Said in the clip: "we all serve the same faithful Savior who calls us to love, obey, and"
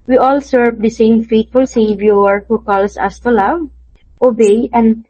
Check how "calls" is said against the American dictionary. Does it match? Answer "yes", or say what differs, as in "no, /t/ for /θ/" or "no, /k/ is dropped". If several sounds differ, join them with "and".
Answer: no, /s/ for /z/